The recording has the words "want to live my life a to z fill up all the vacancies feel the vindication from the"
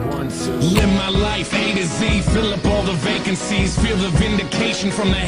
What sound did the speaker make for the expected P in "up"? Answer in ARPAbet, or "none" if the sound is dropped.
P